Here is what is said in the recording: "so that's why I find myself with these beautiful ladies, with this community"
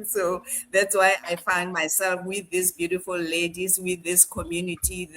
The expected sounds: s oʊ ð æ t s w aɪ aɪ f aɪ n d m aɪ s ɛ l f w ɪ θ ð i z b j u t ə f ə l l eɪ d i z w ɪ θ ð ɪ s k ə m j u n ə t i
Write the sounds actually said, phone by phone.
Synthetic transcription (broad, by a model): s oʊ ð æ t s w aɪ aɪ f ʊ n d m aɪ s ɛ l f w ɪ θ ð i s b j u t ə f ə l l eɪ d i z w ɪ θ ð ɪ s k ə m j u n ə t i